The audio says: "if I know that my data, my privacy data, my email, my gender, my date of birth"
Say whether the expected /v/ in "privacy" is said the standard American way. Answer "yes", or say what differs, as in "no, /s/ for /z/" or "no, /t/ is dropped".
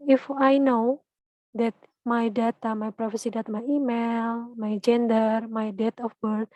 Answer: no, /f/ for /v/